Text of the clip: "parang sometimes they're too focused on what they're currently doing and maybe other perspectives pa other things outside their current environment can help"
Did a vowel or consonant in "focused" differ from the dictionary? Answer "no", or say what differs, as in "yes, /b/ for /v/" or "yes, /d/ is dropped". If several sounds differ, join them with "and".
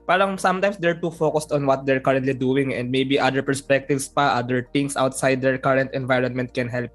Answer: no